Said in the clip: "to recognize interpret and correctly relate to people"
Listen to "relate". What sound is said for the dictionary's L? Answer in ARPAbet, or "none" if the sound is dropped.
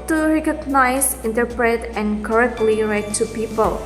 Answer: none